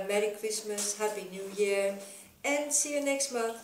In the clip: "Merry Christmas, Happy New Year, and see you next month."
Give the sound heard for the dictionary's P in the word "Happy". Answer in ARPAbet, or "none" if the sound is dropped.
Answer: B